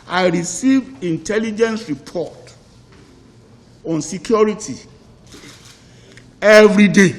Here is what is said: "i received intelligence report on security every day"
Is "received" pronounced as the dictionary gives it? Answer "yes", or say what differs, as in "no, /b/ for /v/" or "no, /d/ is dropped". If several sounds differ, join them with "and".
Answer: no, /d/ is dropped